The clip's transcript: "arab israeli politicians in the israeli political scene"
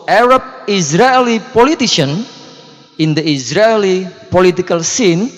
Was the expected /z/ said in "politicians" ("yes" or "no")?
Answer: no